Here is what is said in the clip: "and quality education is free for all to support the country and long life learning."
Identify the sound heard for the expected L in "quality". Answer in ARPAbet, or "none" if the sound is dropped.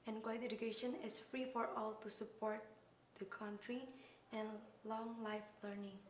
none